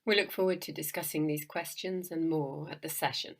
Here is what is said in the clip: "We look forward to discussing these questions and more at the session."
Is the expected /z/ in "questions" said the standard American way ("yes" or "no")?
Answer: yes